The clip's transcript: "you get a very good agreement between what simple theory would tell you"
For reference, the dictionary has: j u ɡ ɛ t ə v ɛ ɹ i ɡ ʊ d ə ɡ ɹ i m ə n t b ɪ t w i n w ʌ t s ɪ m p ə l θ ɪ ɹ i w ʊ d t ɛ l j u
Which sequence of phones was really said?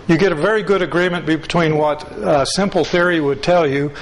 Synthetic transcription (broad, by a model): j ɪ ɡ ɛ t ə v ɛ ɹ i ɡ ʊ d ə ɡ ɹ i m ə n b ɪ t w i n w ʌ t s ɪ m p l θ ɪ ɹ i w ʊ d t ɛ l j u